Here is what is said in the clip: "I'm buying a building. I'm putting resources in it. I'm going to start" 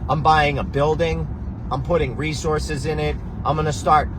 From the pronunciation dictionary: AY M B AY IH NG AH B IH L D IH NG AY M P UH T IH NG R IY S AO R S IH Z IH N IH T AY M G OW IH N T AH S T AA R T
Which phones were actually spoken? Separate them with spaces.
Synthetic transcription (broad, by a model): AY M B AY IH NG AH B IH L D IH NG AY M P UH T IH NG R IY S AO R S IH Z IH N IH T AY M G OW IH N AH S T AA R T